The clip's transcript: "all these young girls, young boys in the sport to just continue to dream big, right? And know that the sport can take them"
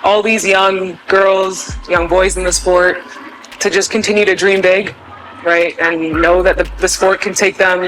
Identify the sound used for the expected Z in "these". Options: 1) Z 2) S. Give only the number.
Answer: 1